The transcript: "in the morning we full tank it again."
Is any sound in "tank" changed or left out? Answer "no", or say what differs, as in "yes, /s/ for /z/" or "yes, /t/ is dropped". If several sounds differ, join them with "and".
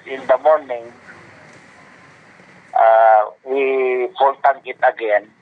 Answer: yes, /k/ is dropped